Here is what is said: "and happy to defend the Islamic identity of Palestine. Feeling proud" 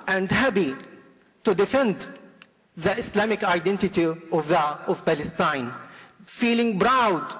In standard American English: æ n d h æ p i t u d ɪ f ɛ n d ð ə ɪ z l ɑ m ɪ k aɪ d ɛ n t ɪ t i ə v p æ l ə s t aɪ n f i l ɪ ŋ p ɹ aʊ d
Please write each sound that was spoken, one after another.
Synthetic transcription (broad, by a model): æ n d h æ b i t u d ɪ f ɛ n d ð ə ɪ s l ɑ m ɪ k aɪ d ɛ n t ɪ t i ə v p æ l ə s t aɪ n f i l ɪ ŋ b ɹ aʊ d